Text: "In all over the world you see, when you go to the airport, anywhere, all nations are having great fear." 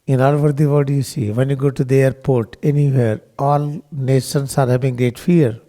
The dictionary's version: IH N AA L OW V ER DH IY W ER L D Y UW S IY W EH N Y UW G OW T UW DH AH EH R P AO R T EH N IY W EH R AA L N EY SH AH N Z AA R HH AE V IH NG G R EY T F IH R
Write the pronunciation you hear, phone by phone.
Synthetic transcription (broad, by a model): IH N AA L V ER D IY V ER D Y UW S IY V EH N Y UW G OW T UW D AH EH R P AO R T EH N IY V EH R AA L N EY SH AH N S AA R HH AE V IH NG G R EY T F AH R